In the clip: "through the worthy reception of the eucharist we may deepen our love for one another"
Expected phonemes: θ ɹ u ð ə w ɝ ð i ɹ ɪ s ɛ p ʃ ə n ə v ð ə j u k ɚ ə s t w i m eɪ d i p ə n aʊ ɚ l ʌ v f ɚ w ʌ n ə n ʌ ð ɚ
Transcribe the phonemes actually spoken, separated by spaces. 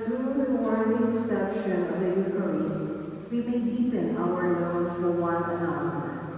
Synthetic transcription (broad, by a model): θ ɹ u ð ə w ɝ i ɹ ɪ s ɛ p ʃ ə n ə v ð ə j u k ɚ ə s w i m eɪ d i p ə n aʊ ɚ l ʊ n f ɚ w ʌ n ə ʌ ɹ